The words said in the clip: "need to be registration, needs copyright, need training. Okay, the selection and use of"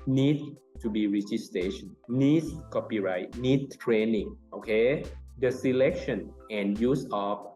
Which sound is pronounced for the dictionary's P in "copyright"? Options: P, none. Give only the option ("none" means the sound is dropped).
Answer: P